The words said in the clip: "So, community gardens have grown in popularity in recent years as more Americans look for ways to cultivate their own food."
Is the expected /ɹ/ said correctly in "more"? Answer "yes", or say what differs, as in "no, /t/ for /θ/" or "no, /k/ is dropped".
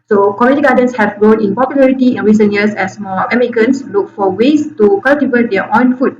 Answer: no, /l/ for /ɹ/